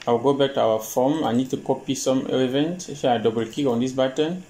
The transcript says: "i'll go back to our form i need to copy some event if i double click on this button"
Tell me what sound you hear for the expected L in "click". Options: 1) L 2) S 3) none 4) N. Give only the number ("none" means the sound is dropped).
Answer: 3